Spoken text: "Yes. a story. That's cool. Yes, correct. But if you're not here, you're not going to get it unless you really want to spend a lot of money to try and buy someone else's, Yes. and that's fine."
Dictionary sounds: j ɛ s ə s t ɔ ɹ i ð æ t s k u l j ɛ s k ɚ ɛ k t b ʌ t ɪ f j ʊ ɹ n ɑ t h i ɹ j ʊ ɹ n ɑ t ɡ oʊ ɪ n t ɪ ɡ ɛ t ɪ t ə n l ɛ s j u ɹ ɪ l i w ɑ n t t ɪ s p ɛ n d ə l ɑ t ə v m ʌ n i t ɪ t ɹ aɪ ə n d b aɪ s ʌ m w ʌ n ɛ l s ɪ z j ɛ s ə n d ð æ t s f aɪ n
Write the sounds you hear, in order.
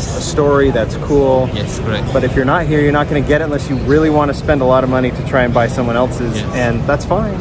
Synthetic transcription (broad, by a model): ə s t ɔ ɹ i ð æ t s k u l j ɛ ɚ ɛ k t b ʌ t ɪ f j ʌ ɹ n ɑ t h i ɹ j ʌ ɹ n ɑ t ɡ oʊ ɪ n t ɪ ɡ ɛ t ɪ t ə n l ɛ s j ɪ ɹ ɪ l i w ɑ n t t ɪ s p ɛ n d ə l ɑ t ə v m ʌ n i t ɪ t ɹ aɪ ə n b aɪ s ʌ m w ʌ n ɛ l s ɪ z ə n ð æ t s f aɪ n